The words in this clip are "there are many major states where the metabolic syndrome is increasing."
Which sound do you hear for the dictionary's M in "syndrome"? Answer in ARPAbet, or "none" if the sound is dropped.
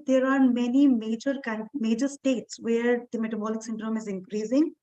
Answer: M